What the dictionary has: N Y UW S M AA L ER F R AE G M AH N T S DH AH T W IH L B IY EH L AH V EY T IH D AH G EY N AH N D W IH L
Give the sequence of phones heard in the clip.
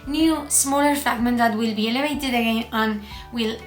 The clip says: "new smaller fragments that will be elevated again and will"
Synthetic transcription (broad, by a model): N Y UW S M AA L ER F AE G M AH N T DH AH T W IH L B IY EH L AH V EY T IH D AH G EY N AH N W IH L